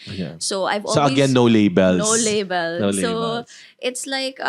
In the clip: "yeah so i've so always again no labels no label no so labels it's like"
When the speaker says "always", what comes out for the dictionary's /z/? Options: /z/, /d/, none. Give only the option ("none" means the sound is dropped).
none